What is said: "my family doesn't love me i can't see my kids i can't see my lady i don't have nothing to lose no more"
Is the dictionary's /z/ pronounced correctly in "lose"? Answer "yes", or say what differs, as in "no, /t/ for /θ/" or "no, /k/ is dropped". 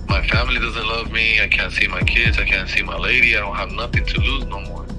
yes